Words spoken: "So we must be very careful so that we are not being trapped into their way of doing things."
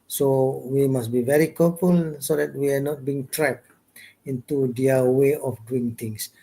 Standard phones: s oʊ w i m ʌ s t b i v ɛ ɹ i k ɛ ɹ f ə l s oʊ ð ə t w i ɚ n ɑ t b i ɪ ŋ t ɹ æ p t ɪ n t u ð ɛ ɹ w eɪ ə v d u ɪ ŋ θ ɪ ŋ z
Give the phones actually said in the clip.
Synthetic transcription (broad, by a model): s oʊ w i m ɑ s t b i v ɛ ɹ i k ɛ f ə l s oʊ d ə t w i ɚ n ɑ t b i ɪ ŋ t ɹ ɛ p ɪ n t u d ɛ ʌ w eɪ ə f d u ɪ ŋ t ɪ ŋ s